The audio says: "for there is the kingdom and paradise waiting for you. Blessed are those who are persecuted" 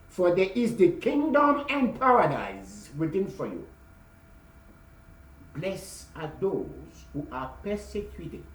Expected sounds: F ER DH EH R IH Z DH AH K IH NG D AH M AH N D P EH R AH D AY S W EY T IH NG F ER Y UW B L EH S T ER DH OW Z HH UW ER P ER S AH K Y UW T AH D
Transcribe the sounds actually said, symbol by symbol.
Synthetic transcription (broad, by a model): F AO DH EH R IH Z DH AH K IH NG D AH M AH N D P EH R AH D AY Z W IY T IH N F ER Y UW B L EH S AA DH OW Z HH UW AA P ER S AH K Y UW T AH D